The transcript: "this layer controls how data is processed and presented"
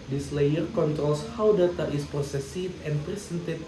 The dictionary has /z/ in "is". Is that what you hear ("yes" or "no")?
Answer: no